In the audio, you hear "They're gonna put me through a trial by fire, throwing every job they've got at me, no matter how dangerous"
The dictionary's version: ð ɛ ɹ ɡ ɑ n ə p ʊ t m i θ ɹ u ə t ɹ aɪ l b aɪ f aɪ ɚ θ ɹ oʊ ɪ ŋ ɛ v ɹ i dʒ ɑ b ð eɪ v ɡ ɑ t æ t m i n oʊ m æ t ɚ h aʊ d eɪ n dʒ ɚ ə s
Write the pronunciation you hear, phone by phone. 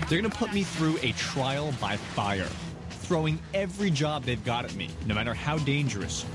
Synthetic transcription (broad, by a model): ð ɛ ɹ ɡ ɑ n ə p ʊ t m i θ ɹ u ə t ɹ aɪ l b aɪ f aɪ ɚ θ ɹ oʊ ɪ ŋ ɛ v ɹ i dʒ ɑ b ð eɪ v ɡ ɑ t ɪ t m i n oʊ m æ t ɚ h aʊ d eɪ n dʒ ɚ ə s